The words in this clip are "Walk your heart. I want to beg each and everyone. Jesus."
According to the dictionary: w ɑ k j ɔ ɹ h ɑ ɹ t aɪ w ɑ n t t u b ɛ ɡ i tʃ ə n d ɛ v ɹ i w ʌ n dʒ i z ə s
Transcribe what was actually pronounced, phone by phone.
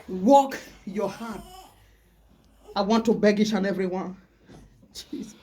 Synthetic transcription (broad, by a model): w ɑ k j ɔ h ɑ t aɪ w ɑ n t t u b ɛ ɡ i ʃ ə n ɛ v ɹ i w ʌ n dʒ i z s